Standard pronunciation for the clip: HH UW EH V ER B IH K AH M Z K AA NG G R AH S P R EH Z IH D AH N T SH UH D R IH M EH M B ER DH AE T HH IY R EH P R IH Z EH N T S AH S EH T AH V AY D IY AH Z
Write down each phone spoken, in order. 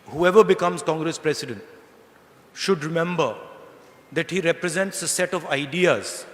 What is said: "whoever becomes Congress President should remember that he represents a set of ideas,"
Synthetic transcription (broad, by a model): HH UW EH V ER B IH K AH M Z K AA NG G R AH S P R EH S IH D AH N T SH UH D R IH M EH M B ER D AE T HH IY R EH P R IH Z EH N T S AH S EH T AH V AY D IY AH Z